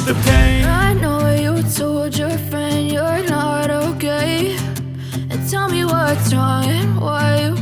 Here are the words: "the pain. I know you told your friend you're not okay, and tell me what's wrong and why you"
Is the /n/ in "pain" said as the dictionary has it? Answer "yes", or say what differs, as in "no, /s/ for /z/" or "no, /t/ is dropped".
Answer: no, /n/ is dropped